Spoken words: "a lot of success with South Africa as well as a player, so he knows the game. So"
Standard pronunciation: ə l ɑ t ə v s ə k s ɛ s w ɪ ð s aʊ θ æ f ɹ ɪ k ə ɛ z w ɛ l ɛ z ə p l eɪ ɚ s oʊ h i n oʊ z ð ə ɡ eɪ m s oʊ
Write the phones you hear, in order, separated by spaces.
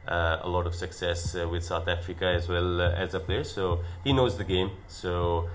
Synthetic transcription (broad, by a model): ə l ɑ t ə v s ə k s ɛ s w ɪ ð s aʊ θ æ f ɹ ɪ k ə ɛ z w ɛ l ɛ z ə p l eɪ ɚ s oʊ h i n oʊ z ð ə ɡ eɪ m s oʊ